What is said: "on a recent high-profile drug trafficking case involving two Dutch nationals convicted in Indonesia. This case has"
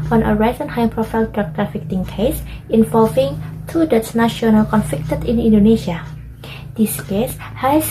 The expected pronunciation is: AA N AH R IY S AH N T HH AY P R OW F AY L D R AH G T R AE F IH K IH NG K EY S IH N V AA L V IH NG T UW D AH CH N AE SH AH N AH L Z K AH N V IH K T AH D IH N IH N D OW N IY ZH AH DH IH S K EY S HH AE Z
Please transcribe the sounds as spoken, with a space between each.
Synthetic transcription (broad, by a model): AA N AH R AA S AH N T HH AY P R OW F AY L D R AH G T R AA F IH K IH NG K EY S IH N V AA L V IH NG T UW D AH S N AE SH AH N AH L K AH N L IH K T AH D IH N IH N D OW N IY SH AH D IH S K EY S HH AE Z